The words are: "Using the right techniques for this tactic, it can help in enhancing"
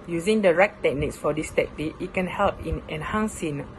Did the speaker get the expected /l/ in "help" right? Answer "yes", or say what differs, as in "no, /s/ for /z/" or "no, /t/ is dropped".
yes